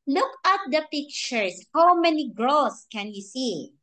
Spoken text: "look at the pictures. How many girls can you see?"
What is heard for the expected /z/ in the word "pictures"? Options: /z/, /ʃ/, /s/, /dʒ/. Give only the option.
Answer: /s/